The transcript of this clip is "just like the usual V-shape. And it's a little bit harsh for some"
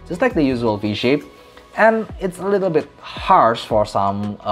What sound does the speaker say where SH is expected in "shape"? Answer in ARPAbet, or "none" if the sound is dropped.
SH